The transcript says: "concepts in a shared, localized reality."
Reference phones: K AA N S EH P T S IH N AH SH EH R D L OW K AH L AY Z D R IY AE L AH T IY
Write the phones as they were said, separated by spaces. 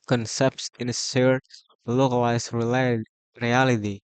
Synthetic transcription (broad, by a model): K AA N S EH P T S IH N AH S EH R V L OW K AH L AY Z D R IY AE L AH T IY